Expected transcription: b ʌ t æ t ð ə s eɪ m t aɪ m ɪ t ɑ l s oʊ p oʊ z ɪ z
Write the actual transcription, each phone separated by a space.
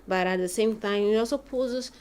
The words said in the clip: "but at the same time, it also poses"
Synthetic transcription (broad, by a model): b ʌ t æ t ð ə s eɪ m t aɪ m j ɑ s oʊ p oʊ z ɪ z